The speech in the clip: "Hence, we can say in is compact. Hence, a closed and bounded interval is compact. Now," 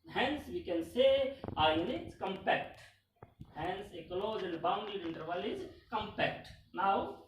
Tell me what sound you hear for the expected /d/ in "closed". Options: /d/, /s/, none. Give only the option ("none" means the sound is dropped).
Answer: none